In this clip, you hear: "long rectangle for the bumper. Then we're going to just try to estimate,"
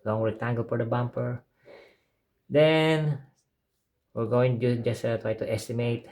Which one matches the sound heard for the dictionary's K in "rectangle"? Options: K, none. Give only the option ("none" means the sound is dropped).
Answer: none